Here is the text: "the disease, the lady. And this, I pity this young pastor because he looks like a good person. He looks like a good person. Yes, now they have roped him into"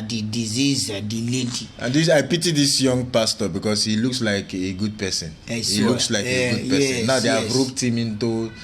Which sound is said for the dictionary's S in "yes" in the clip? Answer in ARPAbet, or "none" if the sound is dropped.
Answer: none